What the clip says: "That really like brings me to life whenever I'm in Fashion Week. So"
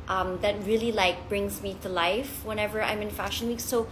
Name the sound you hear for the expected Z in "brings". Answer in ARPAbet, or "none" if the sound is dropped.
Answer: Z